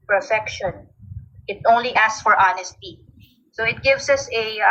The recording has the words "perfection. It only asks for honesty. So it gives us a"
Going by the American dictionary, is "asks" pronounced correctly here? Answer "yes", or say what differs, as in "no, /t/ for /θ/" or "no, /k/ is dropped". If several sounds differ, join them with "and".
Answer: no, /k/ is dropped